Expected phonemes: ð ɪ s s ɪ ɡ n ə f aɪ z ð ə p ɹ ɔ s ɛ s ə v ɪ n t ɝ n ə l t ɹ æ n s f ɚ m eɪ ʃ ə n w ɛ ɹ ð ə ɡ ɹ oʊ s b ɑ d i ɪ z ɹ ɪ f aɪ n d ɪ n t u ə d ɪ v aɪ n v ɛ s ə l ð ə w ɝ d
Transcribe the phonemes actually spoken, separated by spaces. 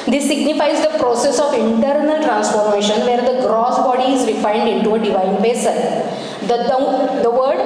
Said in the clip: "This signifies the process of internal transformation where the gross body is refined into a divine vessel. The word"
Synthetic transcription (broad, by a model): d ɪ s s ɪ ɡ n ə f aɪ z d ə p ɹ ɔ s ɛ s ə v ɪ n t ɝ n ə l t ɹ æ n s f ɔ m eɪ ʃ ə n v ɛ ɹ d ə ɡ ɹ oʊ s b ɑ d i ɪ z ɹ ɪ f aɪ l d ɪ n t u ə d ɪ v aɪ n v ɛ s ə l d ə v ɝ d